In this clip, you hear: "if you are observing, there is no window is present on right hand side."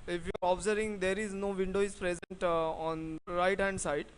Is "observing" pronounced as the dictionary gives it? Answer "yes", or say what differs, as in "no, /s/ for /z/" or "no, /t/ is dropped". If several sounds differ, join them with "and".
no, /v/ is dropped